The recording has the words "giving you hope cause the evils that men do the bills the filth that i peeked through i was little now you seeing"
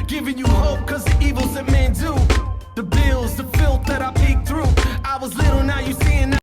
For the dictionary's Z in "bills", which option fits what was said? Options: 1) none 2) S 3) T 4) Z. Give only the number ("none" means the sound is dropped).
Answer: 4